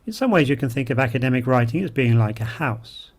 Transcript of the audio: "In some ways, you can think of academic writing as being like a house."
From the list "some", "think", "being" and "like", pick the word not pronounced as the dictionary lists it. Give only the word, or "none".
none